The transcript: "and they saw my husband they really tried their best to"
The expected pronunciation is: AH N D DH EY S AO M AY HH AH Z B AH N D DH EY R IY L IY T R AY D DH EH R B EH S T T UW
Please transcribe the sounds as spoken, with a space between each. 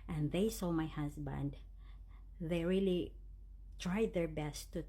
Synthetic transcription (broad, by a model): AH N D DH EY S AO M AY HH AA S B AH N D DH EY R IY L IY T R AY D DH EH R B EH S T T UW